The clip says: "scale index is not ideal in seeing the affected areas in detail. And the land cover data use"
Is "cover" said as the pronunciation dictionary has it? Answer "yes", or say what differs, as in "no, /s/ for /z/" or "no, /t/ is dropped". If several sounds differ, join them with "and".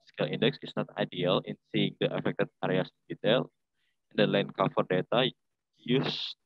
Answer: no, /f/ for /v/